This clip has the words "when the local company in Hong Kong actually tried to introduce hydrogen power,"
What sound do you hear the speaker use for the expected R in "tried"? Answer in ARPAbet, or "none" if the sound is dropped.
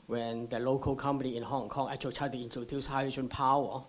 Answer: none